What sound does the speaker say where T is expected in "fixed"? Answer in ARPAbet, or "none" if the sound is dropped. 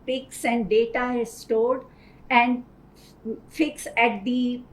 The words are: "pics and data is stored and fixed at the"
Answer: none